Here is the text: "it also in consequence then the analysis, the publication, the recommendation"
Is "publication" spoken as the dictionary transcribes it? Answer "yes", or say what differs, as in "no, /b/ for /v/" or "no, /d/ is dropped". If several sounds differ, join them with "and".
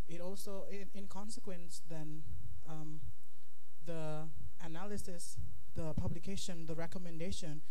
yes